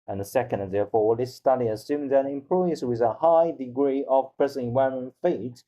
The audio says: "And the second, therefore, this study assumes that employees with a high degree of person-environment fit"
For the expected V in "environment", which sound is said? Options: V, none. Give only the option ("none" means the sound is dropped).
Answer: none